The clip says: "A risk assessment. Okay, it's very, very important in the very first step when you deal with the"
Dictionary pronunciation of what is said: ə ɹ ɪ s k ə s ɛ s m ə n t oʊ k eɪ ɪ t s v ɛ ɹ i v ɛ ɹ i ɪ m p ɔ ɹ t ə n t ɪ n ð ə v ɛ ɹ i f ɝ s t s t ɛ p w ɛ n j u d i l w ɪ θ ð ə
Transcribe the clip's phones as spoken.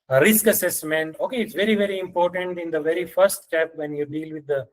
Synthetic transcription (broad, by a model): ɹ ɪ s k ə s ɛ s m ə n t oʊ k eɪ ɪ t s v ɛ ɹ i v ɛ ɹ i ɪ m p ɔ ɹ t ə n t ɪ n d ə v ɛ ɹ i f ɝ s t s t ɛ p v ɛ n j u d i l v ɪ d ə